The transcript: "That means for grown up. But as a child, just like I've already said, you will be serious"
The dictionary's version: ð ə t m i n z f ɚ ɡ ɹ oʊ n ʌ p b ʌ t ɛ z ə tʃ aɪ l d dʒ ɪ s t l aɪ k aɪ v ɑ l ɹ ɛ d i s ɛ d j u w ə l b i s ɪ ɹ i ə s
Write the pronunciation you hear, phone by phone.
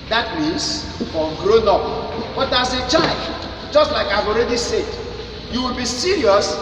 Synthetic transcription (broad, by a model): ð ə t m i n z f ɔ ɡ ɹ oʊ n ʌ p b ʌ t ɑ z ə tʃ aɪ l d dʒ ɪ s t l aɪ k aɪ v ɑ l ɹ ɛ d i s ɛ d j u w ə l b i s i ɹ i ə s